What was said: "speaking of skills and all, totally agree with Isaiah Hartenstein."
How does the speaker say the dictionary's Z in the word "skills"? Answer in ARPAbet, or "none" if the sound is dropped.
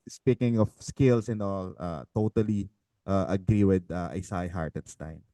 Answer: S